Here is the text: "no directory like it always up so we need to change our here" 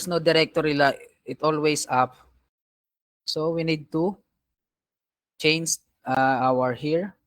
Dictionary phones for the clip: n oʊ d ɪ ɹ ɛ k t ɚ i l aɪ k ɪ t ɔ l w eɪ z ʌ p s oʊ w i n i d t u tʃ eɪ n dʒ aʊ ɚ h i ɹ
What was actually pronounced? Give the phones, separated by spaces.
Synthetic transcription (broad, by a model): n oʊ d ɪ ɹ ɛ k t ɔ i l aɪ ɪ t ɔ l w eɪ s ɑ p s oʊ w i n i d t u tʃ eɪ n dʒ aʊ ɚ h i ɹ